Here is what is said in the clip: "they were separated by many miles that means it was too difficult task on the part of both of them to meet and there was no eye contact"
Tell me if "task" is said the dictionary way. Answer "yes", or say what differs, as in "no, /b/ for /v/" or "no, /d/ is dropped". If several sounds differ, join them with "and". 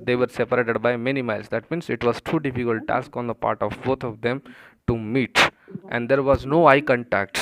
yes